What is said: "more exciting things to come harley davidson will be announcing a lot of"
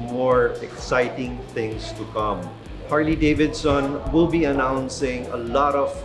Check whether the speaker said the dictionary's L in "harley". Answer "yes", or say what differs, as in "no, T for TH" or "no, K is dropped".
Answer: yes